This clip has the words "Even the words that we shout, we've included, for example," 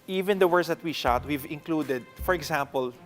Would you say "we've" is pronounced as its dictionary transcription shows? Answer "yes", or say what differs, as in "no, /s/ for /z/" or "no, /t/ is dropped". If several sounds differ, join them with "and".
yes